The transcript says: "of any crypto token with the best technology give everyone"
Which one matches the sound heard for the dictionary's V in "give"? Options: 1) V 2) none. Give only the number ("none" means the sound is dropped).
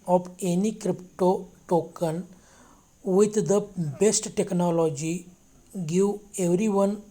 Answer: 2